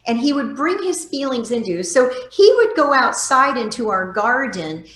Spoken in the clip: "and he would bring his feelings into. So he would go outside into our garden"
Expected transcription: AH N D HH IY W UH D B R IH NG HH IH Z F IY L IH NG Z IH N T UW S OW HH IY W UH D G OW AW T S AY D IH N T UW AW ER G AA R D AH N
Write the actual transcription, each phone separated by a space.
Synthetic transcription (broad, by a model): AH N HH IY W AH D B R IH NG IH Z F IY L IH NG Z IH N T UW S OW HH IY W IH D G OW AW T S AY D IH N T UW AW ER G AA R D N